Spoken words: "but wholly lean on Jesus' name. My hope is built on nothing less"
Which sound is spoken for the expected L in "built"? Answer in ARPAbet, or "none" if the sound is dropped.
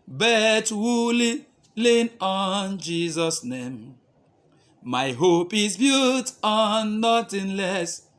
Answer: none